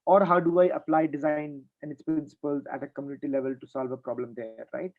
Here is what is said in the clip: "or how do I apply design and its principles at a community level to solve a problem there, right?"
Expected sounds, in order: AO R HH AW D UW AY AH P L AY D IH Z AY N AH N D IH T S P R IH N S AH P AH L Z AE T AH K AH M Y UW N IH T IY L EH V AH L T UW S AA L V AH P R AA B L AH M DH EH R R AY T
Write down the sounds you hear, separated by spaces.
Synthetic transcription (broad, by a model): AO R HH AW D UW AY AH P L AY D IH Z AY N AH N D IH T S P R IH N S AH P AH L Z AE T AH K AH M Y UW N IH T IY L EH V AH L T UW S AA L V AH P R AA B L AH M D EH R R AY T